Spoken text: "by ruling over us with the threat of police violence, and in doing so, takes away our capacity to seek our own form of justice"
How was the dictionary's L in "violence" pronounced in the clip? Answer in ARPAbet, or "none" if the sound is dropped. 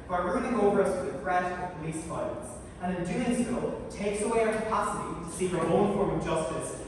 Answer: none